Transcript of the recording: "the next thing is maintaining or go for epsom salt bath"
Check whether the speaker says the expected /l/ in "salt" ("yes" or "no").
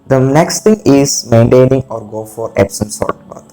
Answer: no